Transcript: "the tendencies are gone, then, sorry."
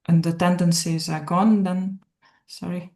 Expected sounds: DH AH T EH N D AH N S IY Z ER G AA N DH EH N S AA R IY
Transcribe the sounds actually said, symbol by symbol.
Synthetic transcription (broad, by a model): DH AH T EH N D AH N S IY Z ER G AA N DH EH N S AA R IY